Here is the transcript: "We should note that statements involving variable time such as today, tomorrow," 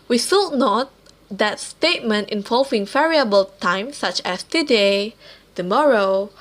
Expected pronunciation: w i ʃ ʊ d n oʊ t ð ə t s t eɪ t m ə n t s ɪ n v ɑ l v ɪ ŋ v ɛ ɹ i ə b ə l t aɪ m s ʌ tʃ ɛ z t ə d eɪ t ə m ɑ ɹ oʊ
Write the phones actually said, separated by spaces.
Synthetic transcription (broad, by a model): w i s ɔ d n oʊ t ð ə t s t eɪ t m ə n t ɪ n v ɑ l v ɪ ŋ v ɛ ɹ i ə b ə l t aɪ m s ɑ tʃ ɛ s t ə d eɪ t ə m ɑ ɹ oʊ